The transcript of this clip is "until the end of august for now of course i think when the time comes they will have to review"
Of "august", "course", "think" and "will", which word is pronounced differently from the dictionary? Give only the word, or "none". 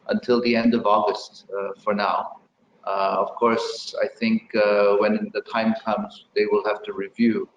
none